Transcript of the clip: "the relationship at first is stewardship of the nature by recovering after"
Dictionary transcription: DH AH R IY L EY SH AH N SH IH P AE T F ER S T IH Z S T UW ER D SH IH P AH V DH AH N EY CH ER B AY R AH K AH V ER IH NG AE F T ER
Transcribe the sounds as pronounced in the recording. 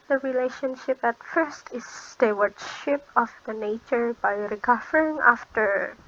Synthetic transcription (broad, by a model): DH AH R IY L EY SH AH N SH IH P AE T F ER S T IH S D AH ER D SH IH P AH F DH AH N EY CH ER B AY R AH K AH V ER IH NG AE F T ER